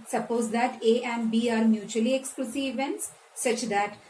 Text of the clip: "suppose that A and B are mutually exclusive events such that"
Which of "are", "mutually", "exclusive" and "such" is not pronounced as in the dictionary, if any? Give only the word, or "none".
exclusive